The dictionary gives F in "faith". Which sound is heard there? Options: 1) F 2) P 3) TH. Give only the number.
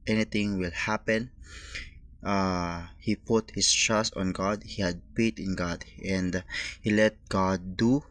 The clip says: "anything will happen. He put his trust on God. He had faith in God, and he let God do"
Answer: 2